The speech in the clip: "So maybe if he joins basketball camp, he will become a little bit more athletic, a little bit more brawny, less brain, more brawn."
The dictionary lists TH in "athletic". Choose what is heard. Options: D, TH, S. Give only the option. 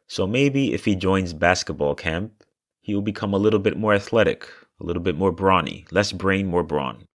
TH